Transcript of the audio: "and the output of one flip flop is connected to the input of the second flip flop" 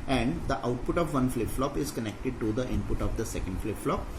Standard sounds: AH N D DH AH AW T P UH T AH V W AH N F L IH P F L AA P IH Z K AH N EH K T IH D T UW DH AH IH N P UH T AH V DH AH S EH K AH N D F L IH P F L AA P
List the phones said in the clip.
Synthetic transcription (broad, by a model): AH N D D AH AW T P UH T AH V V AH N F L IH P F L AA P IH Z K AH N EH K T IH D T UW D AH IH N P UH T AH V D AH S EH K AH N D F L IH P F L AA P